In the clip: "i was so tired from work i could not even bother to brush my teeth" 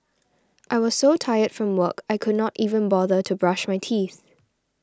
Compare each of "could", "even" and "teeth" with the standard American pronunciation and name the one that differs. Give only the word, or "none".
none